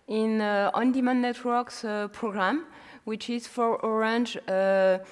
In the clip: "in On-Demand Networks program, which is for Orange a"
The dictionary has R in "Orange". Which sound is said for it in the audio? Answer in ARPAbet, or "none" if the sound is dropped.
R